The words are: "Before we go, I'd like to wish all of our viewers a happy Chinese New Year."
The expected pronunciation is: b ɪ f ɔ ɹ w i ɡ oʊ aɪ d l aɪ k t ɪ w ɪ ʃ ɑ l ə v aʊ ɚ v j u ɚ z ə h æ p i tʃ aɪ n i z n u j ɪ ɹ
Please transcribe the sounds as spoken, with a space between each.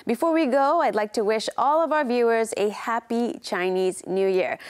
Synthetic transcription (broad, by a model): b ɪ f ɔ ɹ w i ɡ oʊ aɪ d l aɪ k t ɪ w ɪ ʃ ɑ l ə v aʊ ɚ v j u ɚ z ə h æ p i tʃ aɪ n i z n u j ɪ ɹ